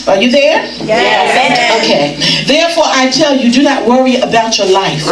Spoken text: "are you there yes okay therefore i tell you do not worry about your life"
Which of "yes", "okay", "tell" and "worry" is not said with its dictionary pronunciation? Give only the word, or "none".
yes